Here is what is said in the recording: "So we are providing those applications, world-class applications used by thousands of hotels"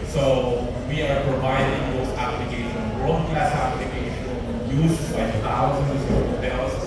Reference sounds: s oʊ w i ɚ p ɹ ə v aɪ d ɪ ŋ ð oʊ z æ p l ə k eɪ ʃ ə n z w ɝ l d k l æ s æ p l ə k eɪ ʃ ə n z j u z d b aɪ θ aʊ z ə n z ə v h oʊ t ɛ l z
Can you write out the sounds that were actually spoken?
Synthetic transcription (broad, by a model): s oʊ w i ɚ p ɹ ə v aɪ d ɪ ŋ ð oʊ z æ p l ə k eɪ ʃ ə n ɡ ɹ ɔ d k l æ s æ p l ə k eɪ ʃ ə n j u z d b aɪ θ aʊ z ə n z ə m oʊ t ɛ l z